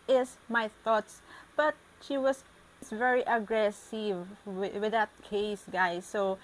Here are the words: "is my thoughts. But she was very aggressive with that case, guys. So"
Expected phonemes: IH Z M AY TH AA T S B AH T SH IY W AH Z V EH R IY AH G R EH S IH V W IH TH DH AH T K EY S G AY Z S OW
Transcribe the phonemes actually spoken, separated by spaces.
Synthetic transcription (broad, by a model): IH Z M AY TH AA T S B AH T SH IY W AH S V EH R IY AH G R EH S IH V W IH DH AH T K EY S G AY S OW